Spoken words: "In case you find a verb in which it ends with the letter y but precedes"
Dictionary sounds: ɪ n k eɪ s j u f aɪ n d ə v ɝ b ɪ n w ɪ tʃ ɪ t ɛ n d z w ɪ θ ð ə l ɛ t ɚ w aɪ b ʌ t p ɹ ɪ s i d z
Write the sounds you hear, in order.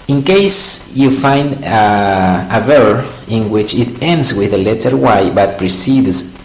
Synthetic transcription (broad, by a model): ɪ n k eɪ s j u f aɪ n d ə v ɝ ɪ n w ɪ tʃ ɪ t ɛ n d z w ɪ ð ə l ɛ t ɚ w aɪ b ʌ t p ɹ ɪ s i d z